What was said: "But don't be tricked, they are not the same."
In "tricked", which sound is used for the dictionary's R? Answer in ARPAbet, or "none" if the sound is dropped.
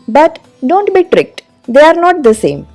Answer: R